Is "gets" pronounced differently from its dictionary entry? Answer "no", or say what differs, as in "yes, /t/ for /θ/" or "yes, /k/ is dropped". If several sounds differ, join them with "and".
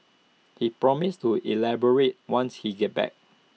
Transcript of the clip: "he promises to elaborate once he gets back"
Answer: yes, /s/ is dropped